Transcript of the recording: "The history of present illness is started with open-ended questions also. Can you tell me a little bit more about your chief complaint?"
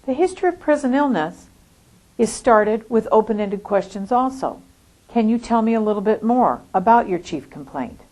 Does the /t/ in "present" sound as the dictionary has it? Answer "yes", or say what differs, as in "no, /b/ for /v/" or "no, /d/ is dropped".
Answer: no, /t/ is dropped